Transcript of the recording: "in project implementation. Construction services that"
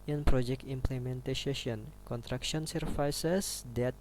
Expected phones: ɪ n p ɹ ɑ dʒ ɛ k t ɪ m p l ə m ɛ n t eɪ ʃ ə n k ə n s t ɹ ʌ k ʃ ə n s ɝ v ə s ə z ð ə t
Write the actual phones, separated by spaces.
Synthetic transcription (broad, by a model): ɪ n p ɹ ɑ dʒ ɛ k t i m p l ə m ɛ n t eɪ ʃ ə n k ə n t ɹ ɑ k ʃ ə n s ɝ f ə s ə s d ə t